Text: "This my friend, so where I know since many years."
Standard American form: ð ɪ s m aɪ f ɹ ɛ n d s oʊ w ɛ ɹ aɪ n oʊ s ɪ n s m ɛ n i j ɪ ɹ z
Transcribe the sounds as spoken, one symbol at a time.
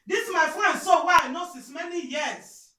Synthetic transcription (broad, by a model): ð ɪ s m aɪ f ɹ ɛ n d s oʊ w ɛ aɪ n oʊ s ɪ s m ɛ n i j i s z